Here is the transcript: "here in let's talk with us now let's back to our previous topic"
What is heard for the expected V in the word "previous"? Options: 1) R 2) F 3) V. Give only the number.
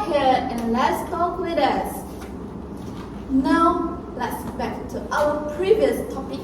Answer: 3